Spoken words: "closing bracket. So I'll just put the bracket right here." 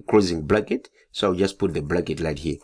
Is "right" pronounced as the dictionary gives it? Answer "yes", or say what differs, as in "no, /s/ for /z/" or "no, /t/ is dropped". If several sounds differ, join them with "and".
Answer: no, /l/ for /ɹ/